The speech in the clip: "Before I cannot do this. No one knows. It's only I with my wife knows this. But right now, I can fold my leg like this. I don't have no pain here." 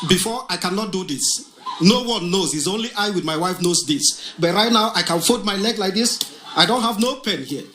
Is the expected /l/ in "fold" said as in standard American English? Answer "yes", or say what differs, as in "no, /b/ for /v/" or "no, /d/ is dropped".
no, /l/ is dropped